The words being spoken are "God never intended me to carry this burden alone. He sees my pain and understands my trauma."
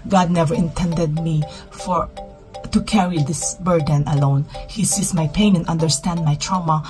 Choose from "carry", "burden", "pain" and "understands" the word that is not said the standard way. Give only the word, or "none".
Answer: understands